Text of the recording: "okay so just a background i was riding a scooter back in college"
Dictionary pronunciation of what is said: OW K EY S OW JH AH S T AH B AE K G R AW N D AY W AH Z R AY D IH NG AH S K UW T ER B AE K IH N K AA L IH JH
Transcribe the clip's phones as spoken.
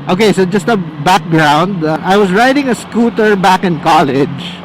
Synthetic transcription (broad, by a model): OW K EY S OW JH AH S T AH B AE K G R AW N D AY W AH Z R AY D IH NG AH S K UW T ER B AE K IH N K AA L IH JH